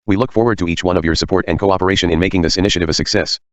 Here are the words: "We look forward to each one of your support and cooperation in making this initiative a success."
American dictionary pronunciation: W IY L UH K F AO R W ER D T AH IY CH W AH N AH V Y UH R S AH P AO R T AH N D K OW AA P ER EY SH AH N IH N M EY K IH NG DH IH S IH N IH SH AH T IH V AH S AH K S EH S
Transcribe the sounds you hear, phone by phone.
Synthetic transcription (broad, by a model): W IY L UH K F AO R W ER D T AH IY CH W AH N AH V Y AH R S AH P AO R T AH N K OW AA P ER EY SH AH N IH N M EY K IH NG DH IH S IH N IH SH AH T IH V AH S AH K S EH S